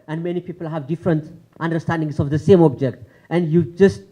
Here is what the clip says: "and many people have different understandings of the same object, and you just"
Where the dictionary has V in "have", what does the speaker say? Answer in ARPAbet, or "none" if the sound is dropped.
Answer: V